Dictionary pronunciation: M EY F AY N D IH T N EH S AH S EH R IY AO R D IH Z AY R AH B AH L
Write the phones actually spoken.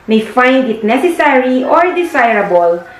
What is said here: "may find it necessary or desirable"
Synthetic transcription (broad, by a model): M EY F AY N D IH T N EH S AH S EH R IY AO R D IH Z AY R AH B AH L